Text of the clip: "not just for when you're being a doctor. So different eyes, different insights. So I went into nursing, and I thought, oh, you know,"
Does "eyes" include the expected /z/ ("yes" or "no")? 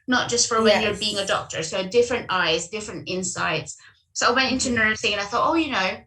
yes